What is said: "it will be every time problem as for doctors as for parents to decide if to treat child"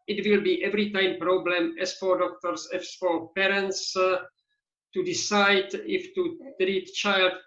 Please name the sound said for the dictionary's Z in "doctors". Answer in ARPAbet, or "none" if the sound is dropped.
S